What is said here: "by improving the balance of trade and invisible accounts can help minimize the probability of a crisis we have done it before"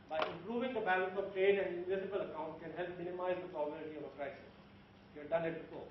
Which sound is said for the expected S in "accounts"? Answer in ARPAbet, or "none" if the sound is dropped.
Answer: none